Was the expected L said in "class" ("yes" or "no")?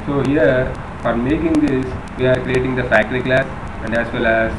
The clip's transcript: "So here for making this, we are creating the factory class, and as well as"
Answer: yes